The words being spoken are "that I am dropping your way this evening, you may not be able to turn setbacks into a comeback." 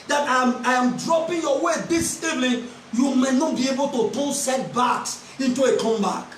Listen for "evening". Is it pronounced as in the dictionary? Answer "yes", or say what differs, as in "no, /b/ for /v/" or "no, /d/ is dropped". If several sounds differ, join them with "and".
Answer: no, /l/ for /n/